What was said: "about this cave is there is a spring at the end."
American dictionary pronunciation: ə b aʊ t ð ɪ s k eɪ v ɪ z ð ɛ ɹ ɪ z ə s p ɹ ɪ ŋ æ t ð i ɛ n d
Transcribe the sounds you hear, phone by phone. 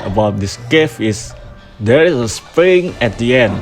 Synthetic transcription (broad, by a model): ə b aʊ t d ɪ s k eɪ f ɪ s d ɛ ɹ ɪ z ə s p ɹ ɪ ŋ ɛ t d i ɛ n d